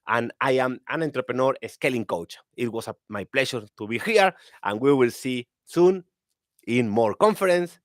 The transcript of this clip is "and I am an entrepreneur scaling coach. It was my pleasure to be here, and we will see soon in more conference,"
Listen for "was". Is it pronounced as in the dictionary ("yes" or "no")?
no